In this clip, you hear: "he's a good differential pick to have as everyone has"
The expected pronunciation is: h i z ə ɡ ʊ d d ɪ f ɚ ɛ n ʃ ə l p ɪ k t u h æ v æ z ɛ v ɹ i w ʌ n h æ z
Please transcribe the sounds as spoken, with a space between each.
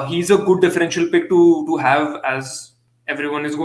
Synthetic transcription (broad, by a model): h i z ə ɡ ʊ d d ɪ f ɚ ɛ n ʃ ə l p ɪ k t u h æ v æ z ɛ v ɹ i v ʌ n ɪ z